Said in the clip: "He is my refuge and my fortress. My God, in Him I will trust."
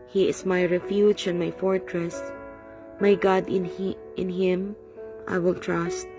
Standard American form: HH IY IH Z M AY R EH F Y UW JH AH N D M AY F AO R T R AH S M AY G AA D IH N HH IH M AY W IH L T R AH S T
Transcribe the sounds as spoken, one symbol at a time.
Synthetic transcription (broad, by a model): HH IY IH S M AY R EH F Y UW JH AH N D M AY F AO R T R AH S M AY G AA D IH N HH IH M AY W IH L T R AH S T